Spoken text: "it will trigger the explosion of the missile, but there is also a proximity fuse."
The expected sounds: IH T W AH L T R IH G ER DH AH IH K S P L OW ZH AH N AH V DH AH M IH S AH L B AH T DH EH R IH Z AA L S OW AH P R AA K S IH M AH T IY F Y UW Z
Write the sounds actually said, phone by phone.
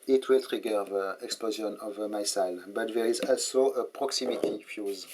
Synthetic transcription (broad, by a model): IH T W AH L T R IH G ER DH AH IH K S P L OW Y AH N AH V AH M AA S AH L B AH T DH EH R IH Z AA L S OW AH P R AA K S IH M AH T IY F Y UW Z